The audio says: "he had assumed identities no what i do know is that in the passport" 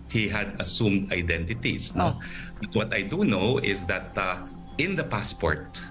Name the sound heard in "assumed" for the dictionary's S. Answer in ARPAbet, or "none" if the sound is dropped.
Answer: S